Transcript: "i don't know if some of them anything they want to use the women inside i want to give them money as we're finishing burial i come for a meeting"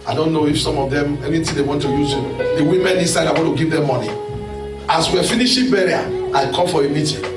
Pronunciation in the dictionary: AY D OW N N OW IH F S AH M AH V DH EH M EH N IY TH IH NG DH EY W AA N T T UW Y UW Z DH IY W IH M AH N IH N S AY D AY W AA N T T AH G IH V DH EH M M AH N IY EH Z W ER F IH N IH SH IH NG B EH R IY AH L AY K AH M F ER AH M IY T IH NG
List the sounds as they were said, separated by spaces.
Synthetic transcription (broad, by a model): AY D OW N N OW IH F S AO M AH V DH EH M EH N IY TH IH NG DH EY W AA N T T UW Y UW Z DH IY W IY M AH N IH S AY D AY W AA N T T AH G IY V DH EH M M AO N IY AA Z W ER F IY N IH SH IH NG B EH R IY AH AY K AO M F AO AH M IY T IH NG